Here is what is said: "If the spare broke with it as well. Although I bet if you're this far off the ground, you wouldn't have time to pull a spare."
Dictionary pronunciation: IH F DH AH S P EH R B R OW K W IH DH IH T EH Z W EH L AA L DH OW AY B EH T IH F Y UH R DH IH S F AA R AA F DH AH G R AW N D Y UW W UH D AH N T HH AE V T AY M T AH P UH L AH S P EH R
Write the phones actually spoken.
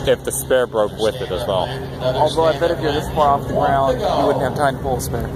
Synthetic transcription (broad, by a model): IH F DH AH S P EH R B R OW K W IH DH IH T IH Z W EH L AA L DH OW AY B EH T IH F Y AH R DH IH S P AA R AA F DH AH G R AW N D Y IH W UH D N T HH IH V T AY M T AH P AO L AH S P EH R